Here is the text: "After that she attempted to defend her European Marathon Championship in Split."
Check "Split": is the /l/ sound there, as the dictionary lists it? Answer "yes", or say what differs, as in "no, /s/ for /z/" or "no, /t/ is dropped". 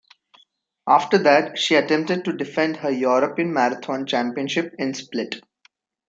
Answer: yes